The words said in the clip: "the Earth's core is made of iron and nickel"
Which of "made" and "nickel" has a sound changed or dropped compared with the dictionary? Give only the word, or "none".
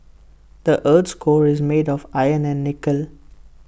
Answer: none